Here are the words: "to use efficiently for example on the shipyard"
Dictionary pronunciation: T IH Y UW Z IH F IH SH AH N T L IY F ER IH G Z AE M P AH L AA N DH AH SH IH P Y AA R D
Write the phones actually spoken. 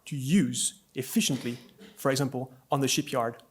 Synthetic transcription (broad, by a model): T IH Y UW Z IH F IH SH AH N T L IY F ER IH G Z AE M P AH L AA N DH AH SH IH P Y AA R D